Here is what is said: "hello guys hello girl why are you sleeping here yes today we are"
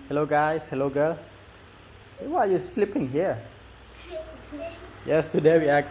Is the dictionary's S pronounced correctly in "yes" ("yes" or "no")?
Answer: yes